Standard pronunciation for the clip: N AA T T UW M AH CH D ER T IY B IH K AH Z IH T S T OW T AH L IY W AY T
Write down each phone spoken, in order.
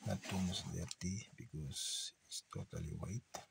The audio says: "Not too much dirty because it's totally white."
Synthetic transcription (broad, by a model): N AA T T UW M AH S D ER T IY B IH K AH S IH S T OW T AH L IY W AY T